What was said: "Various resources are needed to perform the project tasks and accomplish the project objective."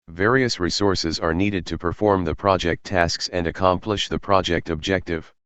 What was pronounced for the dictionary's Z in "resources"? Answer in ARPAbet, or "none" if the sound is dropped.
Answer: Z